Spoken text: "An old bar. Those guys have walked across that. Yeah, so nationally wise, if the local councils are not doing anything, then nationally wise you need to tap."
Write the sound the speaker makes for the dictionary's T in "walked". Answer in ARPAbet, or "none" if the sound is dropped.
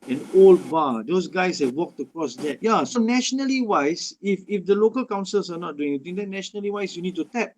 T